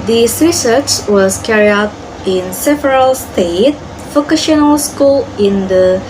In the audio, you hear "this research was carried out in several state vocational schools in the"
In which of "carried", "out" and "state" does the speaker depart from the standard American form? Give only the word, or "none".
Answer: carried